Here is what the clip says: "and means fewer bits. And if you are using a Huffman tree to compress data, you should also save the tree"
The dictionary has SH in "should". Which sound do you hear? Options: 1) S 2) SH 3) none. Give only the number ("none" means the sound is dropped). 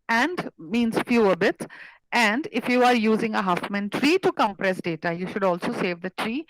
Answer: 2